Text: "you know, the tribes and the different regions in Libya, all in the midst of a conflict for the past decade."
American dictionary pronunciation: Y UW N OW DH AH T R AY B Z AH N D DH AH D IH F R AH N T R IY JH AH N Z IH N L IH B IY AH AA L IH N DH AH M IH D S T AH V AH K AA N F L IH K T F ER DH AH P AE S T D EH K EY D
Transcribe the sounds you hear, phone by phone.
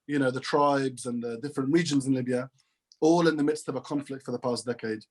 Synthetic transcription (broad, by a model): Y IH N OW DH AH T R AY B Z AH N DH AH D IH F R AH N T R IY JH AH N Z IH N L IH B IY AH AA L IH N DH AH M IH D S T AH V AH K AA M F L IH K T F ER DH AH P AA S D EH K EY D